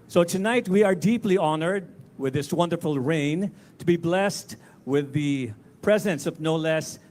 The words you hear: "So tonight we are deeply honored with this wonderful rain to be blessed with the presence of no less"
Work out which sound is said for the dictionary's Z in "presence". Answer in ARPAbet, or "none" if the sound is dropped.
Z